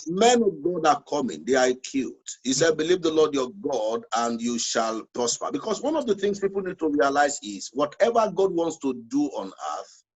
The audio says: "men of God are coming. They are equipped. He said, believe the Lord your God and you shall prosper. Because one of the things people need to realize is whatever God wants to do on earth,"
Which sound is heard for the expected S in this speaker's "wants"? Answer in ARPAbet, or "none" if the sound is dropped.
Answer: S